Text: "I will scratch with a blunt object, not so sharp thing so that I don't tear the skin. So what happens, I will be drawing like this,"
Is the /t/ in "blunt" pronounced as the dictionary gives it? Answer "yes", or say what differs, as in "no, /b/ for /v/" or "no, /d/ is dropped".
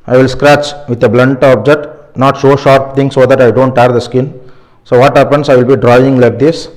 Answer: yes